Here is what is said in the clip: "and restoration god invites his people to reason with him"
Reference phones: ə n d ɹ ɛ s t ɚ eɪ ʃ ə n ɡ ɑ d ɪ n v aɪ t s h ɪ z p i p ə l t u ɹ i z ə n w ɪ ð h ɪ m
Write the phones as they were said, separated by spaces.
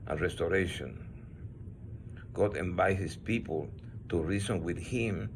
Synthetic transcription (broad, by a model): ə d ɹ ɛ s t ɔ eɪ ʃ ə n ɡ ɑ d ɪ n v aɪ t h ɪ s p i p ə l t u ɹ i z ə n w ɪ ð h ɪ m